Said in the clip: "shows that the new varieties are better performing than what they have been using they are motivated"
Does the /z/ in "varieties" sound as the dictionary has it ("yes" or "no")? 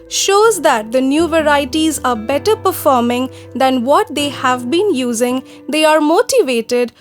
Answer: yes